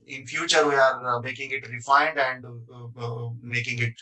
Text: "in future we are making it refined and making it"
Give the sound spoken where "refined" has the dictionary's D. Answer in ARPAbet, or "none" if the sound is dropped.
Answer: D